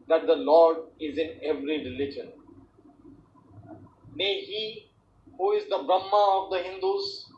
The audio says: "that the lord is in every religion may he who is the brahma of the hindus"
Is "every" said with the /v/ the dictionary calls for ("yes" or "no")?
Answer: yes